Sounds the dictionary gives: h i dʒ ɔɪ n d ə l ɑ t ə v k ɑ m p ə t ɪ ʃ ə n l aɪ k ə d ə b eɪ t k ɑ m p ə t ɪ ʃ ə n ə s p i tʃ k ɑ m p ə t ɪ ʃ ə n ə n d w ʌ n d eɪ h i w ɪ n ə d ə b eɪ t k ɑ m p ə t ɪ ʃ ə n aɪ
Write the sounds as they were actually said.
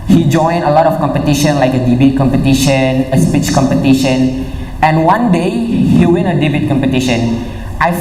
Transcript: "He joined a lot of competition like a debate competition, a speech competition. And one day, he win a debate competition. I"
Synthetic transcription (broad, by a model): h i dʒ ɔɪ n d ə l ɑ t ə f k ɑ m p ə t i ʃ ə n l aɪ k ə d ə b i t k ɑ m p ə t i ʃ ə n ə s p i tʃ k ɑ m p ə t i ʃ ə n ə n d w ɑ n d eɪ h i w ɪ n ə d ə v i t k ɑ m p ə t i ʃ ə n aɪ